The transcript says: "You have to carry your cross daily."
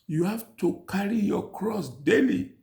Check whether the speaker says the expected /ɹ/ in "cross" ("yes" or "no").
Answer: yes